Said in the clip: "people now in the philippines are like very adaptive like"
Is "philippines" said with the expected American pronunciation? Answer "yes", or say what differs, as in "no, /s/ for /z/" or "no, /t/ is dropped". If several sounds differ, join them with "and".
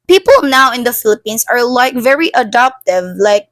no, /s/ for /z/